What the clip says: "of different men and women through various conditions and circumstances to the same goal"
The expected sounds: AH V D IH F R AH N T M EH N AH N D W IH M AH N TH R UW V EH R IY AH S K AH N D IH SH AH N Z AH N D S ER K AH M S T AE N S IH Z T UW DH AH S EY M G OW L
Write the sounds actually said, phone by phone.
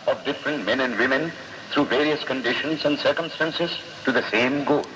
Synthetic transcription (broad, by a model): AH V D IH F R AH N T M EH N AH N D W IH M AH N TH R UW V EH R IY AH S K AH N D IH SH AH N Z AH N D S ER K AH M S T AE N S IH Z T UW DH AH S EY M G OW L